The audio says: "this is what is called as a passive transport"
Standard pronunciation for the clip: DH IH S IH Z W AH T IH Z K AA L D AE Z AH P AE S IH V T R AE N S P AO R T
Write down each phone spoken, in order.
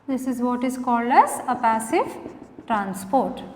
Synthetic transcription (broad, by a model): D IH S IH Z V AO T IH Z K AA L D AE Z AH P AE S IH V T R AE N S P AO R T